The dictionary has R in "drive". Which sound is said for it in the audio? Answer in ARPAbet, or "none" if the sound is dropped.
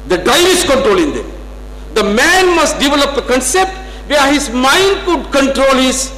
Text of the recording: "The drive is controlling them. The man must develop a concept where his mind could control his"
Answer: none